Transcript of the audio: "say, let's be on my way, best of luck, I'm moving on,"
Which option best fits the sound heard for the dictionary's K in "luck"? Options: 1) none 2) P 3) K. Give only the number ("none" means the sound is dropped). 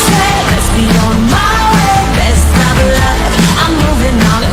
1